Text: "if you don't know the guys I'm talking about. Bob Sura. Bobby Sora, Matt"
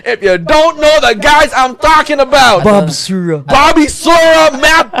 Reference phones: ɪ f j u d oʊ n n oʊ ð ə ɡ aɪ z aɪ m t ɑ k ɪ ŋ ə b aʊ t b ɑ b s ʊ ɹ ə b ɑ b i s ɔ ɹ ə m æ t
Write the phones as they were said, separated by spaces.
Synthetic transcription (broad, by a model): ɪ f j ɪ d oʊ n n oʊ ð ə ɡ aɪ z aɪ m t ɑ k ɪ ŋ ə b aʊ t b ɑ b s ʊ ɹ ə b ɑ b i s ɔ ɹ ə m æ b